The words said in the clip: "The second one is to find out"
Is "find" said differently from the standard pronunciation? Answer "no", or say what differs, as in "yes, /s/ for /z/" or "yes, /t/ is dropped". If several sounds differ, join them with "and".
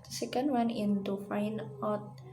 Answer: yes, /d/ is dropped